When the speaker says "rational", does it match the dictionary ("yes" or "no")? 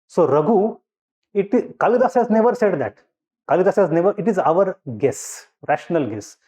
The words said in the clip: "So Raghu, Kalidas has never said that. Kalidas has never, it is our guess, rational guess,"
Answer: yes